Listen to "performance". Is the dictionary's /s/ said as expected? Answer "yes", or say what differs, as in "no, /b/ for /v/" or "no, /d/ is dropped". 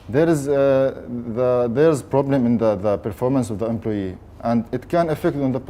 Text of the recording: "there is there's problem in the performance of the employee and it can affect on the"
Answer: yes